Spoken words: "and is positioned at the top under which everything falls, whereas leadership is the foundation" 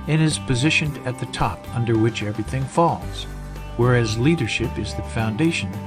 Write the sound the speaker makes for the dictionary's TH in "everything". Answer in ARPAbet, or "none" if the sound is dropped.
TH